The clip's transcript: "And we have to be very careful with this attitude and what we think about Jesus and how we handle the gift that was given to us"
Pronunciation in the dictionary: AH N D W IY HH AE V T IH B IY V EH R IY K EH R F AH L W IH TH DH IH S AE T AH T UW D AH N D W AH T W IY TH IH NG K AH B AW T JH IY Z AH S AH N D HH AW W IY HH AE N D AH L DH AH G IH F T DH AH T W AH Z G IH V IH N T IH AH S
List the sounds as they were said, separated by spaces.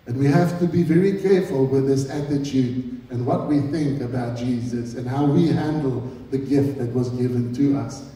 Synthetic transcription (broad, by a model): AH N W IY HH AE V T IH B IY V EH R IY K EH R F AH L W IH DH IH S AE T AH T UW D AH N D W AH T W IY TH IH NG K AH B AW T JH IY Z AH S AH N HH AW W IY HH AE N D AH L DH AH G IH F T DH AH T W AH Z G IH V IH N T IH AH S